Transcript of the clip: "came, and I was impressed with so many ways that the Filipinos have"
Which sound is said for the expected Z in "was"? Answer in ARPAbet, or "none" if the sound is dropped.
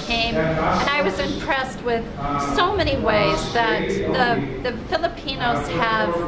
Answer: Z